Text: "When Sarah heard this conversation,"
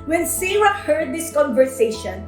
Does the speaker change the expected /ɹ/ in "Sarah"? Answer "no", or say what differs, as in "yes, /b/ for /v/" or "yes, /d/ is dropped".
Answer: yes, /w/ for /ɹ/